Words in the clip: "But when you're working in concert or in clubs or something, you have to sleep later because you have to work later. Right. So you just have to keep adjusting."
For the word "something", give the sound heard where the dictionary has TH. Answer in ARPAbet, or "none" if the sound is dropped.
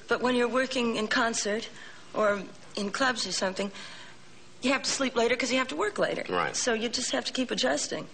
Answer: TH